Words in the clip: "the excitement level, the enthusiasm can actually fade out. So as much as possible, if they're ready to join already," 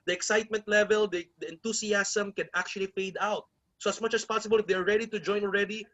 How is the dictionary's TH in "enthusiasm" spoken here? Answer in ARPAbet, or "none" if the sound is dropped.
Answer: T